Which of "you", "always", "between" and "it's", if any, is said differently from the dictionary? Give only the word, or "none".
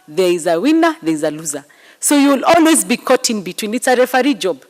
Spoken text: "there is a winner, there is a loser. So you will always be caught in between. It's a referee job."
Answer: none